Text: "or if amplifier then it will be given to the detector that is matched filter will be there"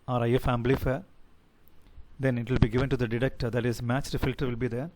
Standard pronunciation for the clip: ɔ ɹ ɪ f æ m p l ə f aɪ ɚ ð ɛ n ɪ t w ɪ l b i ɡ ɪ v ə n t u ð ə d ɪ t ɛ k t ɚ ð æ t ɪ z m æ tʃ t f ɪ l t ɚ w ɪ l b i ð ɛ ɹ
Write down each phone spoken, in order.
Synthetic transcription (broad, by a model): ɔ ɹ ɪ f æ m b l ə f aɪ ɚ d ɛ n ɪ t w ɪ l b i ɡ ɪ v ə n t u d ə d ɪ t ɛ k t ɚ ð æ t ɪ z m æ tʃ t f ɪ l t ɚ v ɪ l b i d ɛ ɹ